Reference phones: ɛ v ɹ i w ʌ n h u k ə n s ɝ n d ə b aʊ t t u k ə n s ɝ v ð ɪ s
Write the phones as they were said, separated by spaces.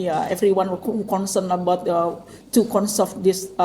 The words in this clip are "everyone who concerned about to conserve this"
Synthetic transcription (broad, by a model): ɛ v ɹ i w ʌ n h u k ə n s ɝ n ə b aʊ t t u k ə n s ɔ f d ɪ s